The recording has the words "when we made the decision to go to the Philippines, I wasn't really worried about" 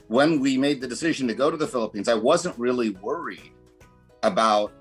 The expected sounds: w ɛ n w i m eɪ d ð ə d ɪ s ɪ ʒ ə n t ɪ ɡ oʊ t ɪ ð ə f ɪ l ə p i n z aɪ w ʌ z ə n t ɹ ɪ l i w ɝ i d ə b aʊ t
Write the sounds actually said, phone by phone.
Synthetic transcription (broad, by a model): w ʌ n w i m eɪ d ð ə d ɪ s ɪ ʒ n t ɪ ɡ oʊ t ɪ ð ə f ɪ l ə p i n z aɪ w ʌ z ə n t ɹ ɪ l i w ɝ i d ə b aʊ t